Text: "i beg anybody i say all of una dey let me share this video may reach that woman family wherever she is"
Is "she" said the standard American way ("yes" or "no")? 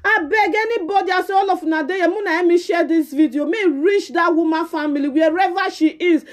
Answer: yes